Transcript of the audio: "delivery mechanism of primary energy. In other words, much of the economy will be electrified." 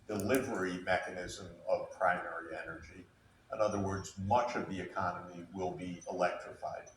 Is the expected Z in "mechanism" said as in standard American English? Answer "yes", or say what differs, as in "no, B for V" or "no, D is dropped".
yes